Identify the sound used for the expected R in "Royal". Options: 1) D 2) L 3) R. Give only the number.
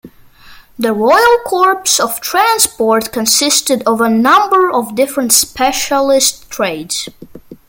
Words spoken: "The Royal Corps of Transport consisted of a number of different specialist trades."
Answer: 3